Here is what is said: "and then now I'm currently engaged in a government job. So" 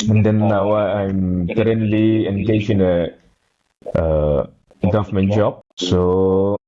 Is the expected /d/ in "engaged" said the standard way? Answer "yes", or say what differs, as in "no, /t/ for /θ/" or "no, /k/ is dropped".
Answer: no, /d/ is dropped